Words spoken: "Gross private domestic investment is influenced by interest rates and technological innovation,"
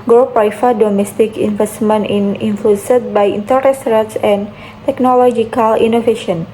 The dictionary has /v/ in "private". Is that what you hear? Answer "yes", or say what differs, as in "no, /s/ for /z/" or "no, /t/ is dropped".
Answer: no, /f/ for /v/